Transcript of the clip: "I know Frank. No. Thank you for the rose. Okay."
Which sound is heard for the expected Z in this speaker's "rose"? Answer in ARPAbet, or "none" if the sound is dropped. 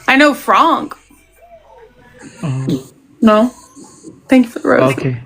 none